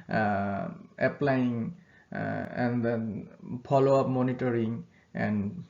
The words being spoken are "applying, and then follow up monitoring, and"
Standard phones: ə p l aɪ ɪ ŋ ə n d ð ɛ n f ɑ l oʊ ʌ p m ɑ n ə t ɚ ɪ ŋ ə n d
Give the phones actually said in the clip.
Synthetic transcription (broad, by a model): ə p l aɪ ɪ ŋ ə n d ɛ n p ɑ l oʊ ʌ p m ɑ n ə t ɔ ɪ ŋ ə n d